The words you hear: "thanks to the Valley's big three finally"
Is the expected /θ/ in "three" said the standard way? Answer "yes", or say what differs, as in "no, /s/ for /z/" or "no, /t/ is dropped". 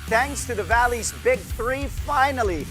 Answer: yes